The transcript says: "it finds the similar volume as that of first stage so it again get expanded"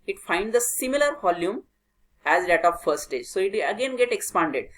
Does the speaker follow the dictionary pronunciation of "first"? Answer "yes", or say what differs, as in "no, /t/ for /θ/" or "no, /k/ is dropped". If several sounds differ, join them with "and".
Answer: no, /s/ is dropped